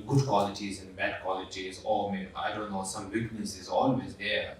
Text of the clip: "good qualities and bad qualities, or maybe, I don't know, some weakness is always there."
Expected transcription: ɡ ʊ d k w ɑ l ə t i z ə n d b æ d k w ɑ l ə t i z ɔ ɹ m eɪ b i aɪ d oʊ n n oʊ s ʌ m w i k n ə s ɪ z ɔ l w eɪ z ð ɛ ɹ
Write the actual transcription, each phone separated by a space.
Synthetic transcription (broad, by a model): ɡ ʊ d k w ɑ l ə t i z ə n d b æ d k w ɑ l ə t i z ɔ l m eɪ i aɪ d oʊ n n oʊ s ʌ m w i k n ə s ɪ z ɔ l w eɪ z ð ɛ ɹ